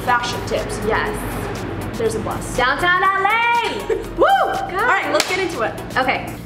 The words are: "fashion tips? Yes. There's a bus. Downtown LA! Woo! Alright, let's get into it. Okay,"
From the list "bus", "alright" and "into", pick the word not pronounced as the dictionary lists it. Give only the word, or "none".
alright